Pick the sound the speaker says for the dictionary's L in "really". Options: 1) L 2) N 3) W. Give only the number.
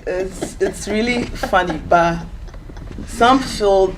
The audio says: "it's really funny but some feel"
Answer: 1